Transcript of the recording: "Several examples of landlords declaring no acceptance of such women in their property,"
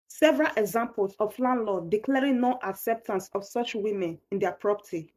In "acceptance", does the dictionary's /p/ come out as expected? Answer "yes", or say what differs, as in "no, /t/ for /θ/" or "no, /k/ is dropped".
yes